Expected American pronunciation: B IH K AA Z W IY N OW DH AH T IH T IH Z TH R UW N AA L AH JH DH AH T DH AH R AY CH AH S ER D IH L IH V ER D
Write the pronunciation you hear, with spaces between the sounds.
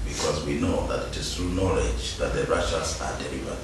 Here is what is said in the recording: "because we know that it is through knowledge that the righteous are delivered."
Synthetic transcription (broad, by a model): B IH K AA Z W IY N OW DH AH T IH T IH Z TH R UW N AA L AH JH DH AH T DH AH R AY SH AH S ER D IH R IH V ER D